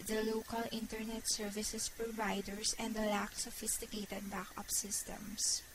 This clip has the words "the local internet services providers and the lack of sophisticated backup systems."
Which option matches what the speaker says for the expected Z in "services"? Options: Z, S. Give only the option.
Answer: S